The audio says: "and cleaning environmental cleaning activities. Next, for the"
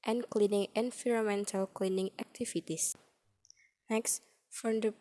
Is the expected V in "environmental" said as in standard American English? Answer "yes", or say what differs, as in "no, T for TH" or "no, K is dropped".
no, F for V